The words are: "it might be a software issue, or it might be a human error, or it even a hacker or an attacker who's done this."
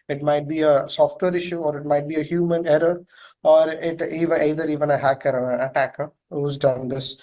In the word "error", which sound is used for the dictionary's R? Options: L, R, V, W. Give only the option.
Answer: R